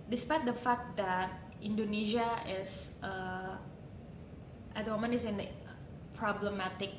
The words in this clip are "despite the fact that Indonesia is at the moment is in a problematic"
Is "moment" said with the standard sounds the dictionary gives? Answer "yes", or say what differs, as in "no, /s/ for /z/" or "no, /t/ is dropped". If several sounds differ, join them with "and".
no, /t/ is dropped